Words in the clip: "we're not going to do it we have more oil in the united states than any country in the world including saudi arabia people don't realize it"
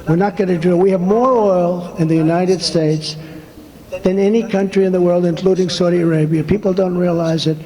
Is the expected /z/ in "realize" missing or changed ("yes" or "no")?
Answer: no